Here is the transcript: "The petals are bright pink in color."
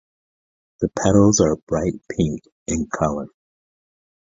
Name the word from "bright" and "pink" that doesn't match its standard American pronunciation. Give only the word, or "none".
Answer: none